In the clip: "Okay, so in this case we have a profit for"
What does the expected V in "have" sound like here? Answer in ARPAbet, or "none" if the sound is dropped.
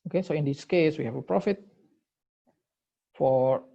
F